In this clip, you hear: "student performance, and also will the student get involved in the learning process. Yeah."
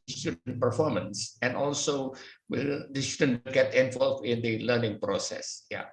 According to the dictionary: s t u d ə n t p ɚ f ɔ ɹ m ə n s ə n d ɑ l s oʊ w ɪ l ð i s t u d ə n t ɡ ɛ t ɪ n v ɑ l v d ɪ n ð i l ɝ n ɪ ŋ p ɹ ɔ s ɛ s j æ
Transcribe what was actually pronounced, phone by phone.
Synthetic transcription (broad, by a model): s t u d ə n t p ɚ f ɔ ɹ m ə n s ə n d ɑ l s oʊ w ɪ l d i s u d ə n ɡ ɛ t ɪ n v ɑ l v ɪ n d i l ɝ n ɪ ŋ p ɹ ɔ s ɛ s j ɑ